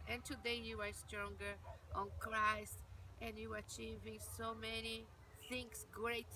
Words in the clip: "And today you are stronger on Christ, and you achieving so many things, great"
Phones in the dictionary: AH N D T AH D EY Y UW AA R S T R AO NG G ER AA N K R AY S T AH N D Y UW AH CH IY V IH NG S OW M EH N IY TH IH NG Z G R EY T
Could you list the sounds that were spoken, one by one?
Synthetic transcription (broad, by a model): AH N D T AH D EY Y UW AA R S T R AO NG G ER AA N K R AY S T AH N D Y UW AH CH IY V IH NG S OW M EH N IY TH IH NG S G R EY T